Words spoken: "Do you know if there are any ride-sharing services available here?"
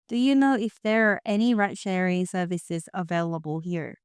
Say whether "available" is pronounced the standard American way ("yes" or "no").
yes